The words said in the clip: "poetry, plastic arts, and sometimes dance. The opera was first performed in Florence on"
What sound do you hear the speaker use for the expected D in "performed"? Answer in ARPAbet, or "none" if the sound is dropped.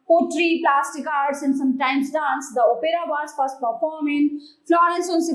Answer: none